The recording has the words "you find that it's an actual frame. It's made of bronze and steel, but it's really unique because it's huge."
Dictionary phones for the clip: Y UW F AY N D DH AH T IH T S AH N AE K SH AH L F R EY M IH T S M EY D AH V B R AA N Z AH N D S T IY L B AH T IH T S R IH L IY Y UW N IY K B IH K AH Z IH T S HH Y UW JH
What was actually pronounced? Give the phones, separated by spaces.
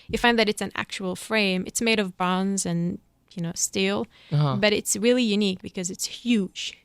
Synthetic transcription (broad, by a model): Y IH F AY N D DH AH T IH T S AH N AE K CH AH L F R EY M IH T S M EY D AH V B AA N Z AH N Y S T IY L B AH T IH T S R IH L IY Y UW N IY K B IH K AH Z IH T S HH Y UW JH